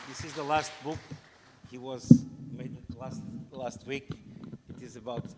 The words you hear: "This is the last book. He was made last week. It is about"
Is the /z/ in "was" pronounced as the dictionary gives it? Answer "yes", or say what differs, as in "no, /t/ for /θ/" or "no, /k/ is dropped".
yes